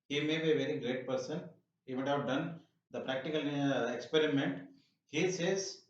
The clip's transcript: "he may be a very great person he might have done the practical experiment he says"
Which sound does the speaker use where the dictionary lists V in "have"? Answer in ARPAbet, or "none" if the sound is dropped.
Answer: V